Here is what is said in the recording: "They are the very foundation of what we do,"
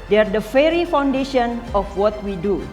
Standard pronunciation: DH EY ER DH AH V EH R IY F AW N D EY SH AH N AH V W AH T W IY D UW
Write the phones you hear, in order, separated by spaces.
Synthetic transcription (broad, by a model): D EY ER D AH F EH R IY F AW N D EY SH AH N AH F W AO T W IY D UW